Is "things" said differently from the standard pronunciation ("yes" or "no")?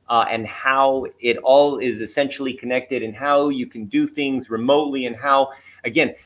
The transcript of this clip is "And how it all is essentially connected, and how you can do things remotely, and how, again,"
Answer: no